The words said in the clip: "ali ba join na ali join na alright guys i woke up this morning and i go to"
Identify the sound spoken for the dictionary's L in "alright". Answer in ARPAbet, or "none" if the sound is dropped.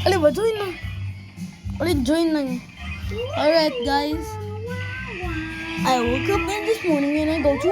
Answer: none